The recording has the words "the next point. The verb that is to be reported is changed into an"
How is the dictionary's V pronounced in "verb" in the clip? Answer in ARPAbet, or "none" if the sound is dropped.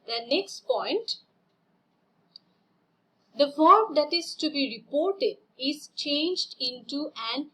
F